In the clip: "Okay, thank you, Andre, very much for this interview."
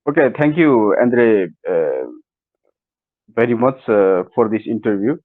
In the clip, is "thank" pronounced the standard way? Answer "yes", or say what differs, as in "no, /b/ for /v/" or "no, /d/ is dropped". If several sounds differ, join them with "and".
no, /t/ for /θ/